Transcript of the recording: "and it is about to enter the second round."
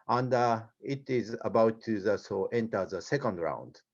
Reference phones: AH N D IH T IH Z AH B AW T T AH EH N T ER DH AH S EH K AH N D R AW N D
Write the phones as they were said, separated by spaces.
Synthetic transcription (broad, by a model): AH N D IH T IH Z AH B AW T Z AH EH N T ER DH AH S EH K AH N D R AW N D